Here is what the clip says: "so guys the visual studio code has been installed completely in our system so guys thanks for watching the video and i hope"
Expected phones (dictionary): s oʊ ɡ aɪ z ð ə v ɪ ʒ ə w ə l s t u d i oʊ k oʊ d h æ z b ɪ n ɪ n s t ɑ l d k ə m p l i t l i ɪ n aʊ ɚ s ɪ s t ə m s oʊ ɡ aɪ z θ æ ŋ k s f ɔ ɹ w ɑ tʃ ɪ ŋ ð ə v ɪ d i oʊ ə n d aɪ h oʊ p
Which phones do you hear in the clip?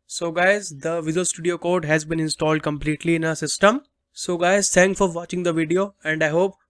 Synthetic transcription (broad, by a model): s oʊ ɡ aɪ z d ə v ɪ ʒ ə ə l s t u d i oʊ k oʊ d h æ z b ɪ n ɪ n s t ɑ l d k ə m p l i t l i ɪ n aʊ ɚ s ɪ s t ə m s oʊ ɡ aɪ z t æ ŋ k f ɔ ɹ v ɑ tʃ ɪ ŋ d ə v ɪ d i oʊ ə n d aɪ h oʊ p